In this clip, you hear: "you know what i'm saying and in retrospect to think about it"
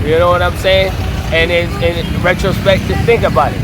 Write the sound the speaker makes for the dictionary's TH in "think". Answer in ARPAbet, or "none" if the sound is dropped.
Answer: TH